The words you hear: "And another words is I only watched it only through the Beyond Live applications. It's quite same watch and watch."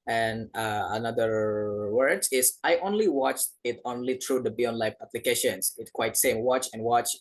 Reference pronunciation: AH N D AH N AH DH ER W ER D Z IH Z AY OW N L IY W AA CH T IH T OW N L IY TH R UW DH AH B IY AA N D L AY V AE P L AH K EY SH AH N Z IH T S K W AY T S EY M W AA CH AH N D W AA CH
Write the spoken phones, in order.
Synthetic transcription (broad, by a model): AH N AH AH N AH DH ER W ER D IH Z AY OW N L IY W AA CH T IH T OW N L IY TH R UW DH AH B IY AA N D L AY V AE P L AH K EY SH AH N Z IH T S K W AY T S EY M W AA CH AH N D W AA CH